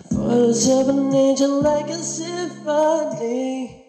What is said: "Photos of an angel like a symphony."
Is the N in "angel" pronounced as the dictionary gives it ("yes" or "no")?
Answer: no